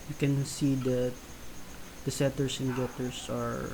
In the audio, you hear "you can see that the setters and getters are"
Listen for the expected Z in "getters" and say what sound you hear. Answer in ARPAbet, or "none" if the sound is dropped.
S